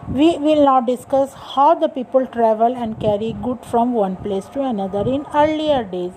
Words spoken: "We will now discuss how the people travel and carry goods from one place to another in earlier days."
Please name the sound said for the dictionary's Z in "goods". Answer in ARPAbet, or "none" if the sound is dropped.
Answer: none